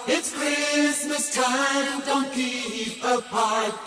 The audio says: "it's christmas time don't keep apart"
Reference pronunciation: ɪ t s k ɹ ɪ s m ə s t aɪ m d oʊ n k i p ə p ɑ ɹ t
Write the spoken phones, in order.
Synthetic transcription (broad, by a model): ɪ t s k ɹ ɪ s m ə s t aɪ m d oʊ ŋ k i ə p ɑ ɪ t